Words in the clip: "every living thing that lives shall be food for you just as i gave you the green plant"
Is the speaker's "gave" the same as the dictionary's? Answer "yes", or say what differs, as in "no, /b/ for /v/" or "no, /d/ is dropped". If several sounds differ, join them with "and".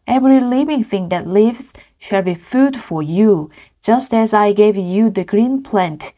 yes